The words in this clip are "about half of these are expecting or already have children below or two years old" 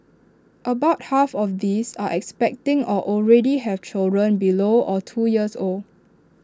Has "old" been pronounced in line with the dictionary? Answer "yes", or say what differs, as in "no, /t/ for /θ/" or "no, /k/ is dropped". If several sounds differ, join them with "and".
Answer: no, /d/ is dropped